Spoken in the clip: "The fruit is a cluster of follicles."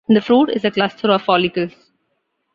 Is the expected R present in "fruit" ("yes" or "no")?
yes